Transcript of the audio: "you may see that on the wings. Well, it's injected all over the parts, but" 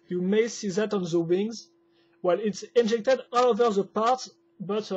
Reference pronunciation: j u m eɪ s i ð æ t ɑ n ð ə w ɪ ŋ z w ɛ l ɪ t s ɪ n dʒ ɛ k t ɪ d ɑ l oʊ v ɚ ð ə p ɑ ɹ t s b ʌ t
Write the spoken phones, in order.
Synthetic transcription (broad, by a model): j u m eɪ s i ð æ t ɑ n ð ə w ɪ ŋ z w ɛ l ɪ t s ɪ n dʒ ɛ k t ɪ d ɑ l oʊ v ɚ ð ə p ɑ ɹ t b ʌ t